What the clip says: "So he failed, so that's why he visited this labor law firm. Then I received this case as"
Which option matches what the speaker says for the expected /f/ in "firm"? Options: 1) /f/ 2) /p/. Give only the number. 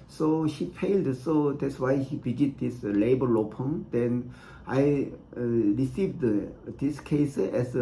2